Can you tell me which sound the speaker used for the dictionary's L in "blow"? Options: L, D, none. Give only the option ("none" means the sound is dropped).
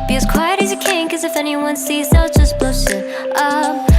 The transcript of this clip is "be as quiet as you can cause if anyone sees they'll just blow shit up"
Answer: L